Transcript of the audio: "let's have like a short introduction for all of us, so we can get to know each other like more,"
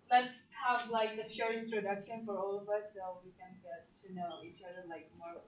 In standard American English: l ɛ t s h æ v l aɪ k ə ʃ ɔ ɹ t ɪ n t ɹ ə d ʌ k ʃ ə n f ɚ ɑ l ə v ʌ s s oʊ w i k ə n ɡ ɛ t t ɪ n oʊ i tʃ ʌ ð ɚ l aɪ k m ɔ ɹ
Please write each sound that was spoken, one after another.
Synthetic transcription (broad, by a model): l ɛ t s h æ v l aɪ k ə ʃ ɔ ɹ ɪ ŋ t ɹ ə d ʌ k ʃ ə n f ɚ ɑ l ə v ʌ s s oʊ w i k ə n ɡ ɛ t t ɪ n oʊ i tʃ ʌ ð ɚ l aɪ k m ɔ ɹ